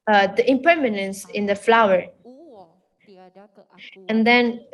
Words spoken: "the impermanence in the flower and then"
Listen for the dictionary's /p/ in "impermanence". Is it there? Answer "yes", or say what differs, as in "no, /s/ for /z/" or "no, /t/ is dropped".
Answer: yes